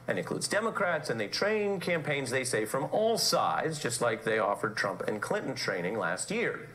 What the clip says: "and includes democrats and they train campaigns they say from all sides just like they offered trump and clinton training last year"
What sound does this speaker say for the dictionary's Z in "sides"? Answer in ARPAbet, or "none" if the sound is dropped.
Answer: Z